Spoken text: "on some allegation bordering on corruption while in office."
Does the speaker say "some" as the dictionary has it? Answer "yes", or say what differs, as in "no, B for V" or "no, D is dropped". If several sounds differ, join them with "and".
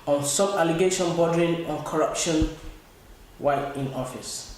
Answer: no, M is dropped